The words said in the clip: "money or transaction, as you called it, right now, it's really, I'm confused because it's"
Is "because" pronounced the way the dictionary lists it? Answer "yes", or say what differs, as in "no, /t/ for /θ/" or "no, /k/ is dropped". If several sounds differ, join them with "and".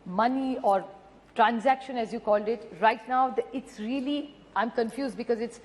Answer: yes